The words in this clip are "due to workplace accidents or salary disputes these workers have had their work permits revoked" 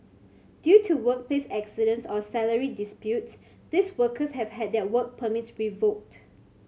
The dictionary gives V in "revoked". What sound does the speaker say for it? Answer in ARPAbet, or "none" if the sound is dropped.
V